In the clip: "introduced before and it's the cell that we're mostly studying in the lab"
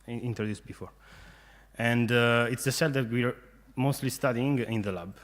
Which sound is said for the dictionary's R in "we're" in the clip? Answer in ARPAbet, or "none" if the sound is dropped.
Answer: R